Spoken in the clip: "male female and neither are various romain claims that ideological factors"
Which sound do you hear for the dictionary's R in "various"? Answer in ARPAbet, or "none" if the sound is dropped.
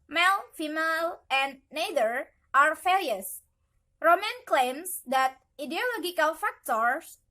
L